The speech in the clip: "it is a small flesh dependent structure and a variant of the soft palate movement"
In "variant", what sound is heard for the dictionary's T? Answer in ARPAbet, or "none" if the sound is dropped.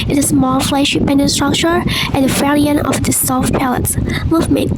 none